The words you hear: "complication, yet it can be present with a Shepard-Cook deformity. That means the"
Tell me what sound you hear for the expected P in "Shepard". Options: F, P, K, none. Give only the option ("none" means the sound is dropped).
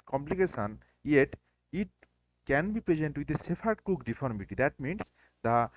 F